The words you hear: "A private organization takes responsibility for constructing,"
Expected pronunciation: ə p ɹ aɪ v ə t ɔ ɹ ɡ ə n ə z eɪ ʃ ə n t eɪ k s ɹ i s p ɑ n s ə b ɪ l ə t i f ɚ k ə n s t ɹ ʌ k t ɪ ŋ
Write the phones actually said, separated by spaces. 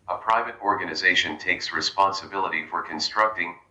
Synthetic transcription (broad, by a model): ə p ɹ aɪ v ə t ɔ ɹ ɡ ə n ə z eɪ ʃ ə n t eɪ k s ɹ i s p ɑ n s ə b ɪ l ə t i f ɚ k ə n s t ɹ ʌ k t ɪ ŋ